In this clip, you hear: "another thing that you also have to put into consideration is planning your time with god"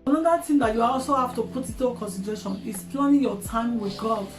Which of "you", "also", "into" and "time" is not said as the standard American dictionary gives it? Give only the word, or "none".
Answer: into